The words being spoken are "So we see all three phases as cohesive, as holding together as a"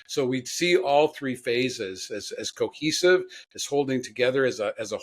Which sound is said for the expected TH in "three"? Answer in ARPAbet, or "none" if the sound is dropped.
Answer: TH